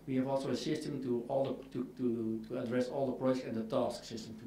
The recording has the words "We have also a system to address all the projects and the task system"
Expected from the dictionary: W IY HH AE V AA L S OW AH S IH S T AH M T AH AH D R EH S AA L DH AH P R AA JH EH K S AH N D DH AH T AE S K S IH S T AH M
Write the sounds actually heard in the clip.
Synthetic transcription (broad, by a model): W IY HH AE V AA L S OW AH S IH S T AH M T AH AH D R EH S AA L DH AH P R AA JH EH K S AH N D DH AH T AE S K S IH S T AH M